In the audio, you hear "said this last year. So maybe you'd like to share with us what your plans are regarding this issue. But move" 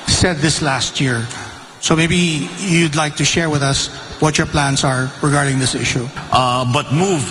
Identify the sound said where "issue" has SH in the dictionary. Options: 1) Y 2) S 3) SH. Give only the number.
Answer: 3